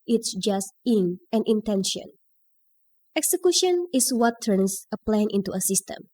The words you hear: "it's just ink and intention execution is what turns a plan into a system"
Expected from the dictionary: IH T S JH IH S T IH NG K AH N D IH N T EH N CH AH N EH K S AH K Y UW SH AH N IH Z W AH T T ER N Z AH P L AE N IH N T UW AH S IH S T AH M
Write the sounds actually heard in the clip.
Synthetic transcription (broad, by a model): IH T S JH IH S T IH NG AH N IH N T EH N SH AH N EH K S AH K Y UW SH AH N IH S W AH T T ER N S AH P L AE N IH N T UW AH S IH S T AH M